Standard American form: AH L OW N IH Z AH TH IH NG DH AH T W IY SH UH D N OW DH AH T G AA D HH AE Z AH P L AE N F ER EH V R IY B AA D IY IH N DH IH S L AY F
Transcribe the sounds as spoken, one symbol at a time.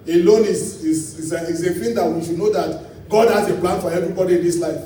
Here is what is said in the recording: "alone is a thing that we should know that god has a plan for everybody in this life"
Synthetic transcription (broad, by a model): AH L OW N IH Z AH S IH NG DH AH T W IY SH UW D N OW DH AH T G AA D HH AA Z AH P L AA N F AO EH V R IY B AA D IY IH N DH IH S L AY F